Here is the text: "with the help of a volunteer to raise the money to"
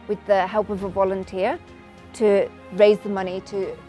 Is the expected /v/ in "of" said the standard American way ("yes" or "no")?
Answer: yes